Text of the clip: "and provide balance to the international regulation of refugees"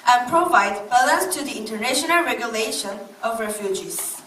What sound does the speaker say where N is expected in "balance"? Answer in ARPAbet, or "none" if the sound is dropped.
none